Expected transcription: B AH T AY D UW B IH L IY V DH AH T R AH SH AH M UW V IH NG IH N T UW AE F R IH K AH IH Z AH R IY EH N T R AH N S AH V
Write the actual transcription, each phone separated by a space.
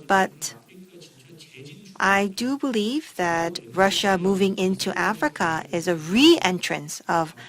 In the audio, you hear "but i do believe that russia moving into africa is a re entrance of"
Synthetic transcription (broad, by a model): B AH T AY D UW B IH L IY V DH AH T R AH SH AH M UW V IH NG IH N T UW AE F R IH K AH IH Z AH R IY EH N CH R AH N S AH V